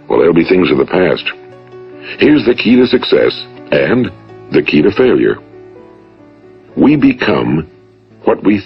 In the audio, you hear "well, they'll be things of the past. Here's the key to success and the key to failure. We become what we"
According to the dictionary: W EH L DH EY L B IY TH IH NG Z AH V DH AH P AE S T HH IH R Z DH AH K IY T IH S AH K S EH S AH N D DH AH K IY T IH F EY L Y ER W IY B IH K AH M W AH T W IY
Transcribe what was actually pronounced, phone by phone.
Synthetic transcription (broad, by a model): W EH L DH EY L B IY TH IH NG Z AH V DH AH P AE S T HH IH R Z DH AH K IY T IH S AH K S EH S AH N DH AH K IY T IH F EY L Y ER W IY B IH K AH M W AH T W IY